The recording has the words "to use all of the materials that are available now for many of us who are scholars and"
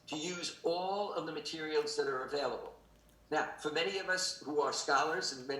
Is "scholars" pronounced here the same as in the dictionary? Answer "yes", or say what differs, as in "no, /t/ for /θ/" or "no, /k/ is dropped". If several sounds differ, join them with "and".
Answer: yes